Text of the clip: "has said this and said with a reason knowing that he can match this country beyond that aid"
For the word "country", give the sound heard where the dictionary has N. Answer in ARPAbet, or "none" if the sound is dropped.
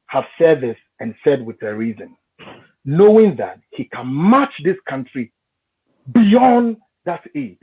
N